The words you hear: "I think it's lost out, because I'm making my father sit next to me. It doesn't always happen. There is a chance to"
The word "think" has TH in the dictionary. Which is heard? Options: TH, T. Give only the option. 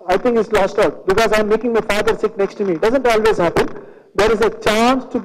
T